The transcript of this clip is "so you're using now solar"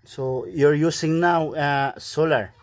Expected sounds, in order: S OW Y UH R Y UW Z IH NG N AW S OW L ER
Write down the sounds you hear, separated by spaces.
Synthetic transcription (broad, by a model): S OW Y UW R Y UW S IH NG N AW S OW L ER